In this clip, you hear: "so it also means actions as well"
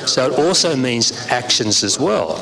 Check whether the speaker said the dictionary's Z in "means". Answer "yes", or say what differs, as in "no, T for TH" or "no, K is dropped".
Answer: yes